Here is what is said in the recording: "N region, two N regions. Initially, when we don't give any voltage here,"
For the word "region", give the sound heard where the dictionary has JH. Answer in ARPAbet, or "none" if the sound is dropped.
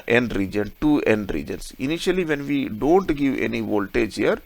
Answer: JH